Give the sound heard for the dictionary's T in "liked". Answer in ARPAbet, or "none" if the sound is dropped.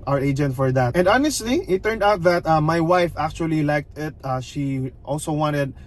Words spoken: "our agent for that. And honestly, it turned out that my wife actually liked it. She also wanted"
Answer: T